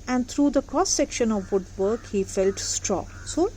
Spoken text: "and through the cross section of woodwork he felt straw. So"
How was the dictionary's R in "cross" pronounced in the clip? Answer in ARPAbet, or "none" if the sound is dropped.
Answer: none